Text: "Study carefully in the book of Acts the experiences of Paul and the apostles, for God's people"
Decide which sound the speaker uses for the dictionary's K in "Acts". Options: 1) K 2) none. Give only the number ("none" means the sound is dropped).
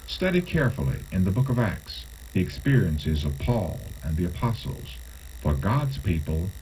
1